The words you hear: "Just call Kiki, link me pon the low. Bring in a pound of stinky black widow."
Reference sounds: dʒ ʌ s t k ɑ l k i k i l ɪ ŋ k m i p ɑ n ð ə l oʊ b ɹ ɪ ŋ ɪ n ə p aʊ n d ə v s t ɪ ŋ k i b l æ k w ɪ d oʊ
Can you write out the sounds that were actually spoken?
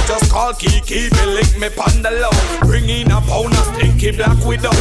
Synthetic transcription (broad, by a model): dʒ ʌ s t k ɑ l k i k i l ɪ k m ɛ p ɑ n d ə l oʊ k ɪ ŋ ɪ n ə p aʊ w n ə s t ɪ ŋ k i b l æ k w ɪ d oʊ